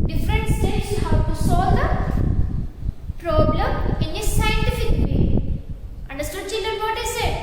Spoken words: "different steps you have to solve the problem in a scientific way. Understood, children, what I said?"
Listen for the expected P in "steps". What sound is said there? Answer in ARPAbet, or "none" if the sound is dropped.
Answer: none